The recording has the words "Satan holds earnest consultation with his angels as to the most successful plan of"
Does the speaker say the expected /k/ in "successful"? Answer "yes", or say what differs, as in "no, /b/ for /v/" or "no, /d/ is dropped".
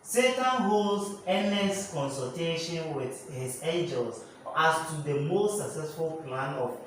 yes